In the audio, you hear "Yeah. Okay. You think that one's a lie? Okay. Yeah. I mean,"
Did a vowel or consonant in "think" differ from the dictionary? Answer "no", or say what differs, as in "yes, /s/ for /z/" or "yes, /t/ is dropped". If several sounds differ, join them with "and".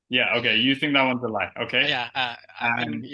no